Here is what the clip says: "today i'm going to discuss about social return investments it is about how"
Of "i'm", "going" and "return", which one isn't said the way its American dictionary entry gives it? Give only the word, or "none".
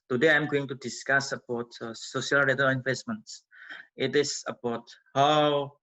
return